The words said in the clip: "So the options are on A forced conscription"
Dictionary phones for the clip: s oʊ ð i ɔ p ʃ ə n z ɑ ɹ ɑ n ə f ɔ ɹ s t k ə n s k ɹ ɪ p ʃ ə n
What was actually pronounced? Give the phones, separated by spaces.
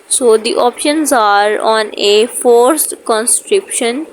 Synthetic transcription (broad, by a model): s oʊ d i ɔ p ʃ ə n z ɑ ɹ ɑ n ə f ɔ ɹ s t k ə n s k ɹ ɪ p ʃ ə n